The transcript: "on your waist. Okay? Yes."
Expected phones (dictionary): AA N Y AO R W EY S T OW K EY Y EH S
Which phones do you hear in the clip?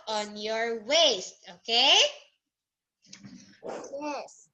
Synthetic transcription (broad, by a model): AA N Y AO R W EY S T OW K EY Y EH S